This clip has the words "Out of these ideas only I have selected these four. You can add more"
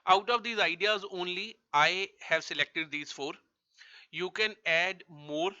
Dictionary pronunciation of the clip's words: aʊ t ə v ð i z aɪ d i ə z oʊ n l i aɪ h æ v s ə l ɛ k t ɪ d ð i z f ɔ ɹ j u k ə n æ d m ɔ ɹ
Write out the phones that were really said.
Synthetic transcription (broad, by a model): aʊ t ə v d i z aɪ d i ə z oʊ n l i aɪ h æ v s ə l ɛ k t ɪ d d i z f ɔ ɹ j u k ə n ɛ d m ɔ ɹ